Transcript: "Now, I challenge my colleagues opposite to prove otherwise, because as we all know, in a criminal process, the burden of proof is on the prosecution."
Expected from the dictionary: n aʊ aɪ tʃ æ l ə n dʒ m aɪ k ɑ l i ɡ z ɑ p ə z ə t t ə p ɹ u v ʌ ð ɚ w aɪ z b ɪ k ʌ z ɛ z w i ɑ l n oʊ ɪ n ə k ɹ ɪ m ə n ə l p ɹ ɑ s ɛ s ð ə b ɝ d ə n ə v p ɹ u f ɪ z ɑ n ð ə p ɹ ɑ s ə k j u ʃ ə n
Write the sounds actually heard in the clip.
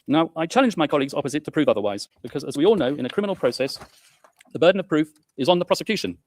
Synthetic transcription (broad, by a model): n aʊ aɪ tʃ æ l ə n dʒ m aɪ k ɑ l i ɡ z ɑ p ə z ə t t ə p ɹ u v ʌ ð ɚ w aɪ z b ɪ k ʌ z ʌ z w i ɑ l n oʊ ɪ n ə k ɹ ɪ m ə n l p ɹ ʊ s ɛ s ð ə b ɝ d n ə v p ɹ u f ɪ z n ð ə p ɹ ɑ s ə k j u ʃ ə n